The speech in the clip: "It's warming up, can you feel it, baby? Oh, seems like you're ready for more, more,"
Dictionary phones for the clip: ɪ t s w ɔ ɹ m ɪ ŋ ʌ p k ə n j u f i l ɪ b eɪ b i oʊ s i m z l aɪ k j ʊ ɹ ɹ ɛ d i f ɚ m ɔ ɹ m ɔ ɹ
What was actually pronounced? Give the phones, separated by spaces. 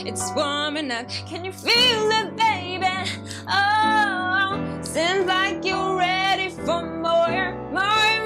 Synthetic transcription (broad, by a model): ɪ t s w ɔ ɹ m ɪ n ʌ f k ə n j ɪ f i l ɪ b eɪ b i oʊ s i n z l aɪ k j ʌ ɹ ɹ ɛ d i f ɚ m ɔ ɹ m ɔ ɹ